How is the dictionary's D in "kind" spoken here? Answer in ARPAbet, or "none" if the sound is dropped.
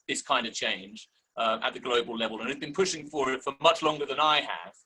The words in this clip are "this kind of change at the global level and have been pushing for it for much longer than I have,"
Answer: D